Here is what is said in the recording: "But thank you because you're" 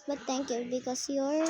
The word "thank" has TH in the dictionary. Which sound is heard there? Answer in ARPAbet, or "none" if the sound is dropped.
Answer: T